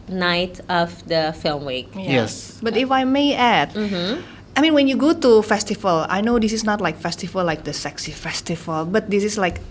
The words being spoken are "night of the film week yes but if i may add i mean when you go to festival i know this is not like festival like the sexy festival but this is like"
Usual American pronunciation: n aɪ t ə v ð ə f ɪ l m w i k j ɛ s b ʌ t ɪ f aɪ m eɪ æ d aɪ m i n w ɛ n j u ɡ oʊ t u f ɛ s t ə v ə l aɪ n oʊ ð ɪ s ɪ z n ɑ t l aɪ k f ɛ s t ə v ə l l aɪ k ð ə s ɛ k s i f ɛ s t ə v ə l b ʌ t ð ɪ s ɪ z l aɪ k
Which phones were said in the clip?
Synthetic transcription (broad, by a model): n aɪ t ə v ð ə f ɪ l m w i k j ɛ s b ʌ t ɪ f aɪ m eɪ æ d aɪ m i n w ɛ n j u ɡ oʊ t u f ɛ s t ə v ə l aɪ n oʊ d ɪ s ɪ s n ɑ t l aɪ k f ɛ s t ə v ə l l aɪ k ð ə s ɛ k s i f ɛ s t ə v ə l b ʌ t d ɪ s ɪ s l aɪ k